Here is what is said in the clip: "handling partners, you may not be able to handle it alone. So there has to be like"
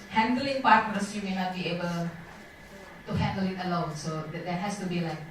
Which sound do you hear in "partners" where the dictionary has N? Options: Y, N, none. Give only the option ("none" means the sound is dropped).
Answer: none